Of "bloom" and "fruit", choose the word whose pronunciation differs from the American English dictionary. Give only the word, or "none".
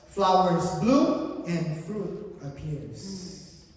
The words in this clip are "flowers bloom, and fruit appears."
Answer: bloom